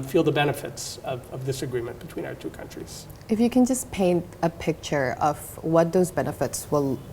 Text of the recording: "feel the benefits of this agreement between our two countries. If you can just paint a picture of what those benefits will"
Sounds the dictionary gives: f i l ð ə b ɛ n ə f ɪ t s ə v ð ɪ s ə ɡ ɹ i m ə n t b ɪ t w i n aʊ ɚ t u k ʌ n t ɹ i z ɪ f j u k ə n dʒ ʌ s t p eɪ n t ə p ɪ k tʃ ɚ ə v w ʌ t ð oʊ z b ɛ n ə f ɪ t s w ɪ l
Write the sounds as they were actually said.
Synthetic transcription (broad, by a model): f i l ð ə b ɛ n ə f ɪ t s ə v ð ɪ s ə ɡ ɹ i m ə n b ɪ t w i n aʊ ɚ t u k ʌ n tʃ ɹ i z ɪ f j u k ə n dʒ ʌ s p eɪ n t ə p ɪ k tʃ ɚ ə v w ʌ t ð oʊ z b ɛ n ə f ɪ t s w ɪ l